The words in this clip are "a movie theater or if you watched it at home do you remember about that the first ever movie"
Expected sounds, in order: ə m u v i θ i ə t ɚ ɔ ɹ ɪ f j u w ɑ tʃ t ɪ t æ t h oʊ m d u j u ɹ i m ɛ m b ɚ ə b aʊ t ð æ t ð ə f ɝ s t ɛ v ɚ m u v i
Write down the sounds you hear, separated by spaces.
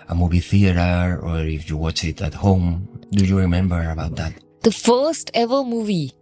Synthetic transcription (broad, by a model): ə m u v i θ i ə t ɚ ɔ ɹ ɪ f j u w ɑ tʃ ɪ t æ t h oʊ m d u j u ɹ i m ɛ m b ɚ ə b aʊ t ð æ t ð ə f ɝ s t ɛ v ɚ m u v i